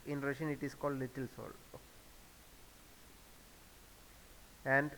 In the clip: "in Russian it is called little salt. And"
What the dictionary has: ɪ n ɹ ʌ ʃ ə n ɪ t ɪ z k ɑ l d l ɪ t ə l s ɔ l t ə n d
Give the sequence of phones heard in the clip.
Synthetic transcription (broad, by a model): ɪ n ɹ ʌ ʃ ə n ɪ t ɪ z k ɑ l d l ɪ t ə l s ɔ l ə n d